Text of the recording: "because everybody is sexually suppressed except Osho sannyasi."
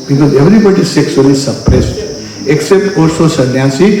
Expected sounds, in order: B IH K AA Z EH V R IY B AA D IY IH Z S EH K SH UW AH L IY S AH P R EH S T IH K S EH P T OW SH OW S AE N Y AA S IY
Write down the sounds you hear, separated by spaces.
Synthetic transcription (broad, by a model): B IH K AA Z EH V R IY B AA D IY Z S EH K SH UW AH L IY S AH P R EH S T IH K S EH P T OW S OW S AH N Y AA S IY